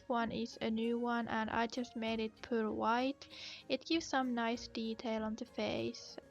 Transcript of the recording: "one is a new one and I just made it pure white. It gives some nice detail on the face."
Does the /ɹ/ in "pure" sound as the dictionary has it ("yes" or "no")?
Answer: no